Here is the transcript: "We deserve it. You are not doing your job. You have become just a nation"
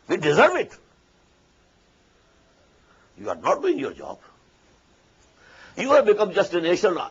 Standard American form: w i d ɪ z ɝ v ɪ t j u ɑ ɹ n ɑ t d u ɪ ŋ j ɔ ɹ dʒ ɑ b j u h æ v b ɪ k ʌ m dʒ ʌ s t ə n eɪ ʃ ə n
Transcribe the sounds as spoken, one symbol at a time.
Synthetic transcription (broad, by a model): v i d ɪ z ɝ v ɪ t j u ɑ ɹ n ɑ t d u ɪ ŋ j ɔ ɹ dʒ ɑ b j u h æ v b ɪ k ʌ m dʒ ʌ s t ə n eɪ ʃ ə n